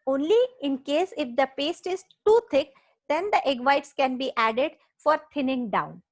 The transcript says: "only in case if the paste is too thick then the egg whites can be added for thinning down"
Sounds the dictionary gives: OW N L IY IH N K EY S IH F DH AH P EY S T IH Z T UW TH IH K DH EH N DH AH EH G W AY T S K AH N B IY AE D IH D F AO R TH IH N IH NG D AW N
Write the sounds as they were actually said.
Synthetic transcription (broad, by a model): OW N L IY IH N K EY S IH F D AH P EY S T IH Z T UW T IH K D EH N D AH EH G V AY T S K AH N B IY AE D IH D F AO R T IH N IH NG D AW N